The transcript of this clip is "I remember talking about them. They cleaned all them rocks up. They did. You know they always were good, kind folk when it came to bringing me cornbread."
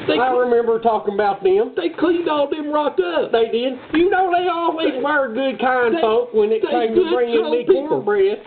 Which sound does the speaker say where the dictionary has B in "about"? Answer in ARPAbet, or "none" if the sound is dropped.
B